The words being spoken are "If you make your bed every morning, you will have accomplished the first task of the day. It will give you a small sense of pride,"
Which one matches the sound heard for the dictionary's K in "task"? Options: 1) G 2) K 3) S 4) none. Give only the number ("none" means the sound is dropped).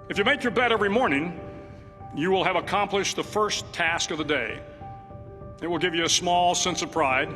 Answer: 2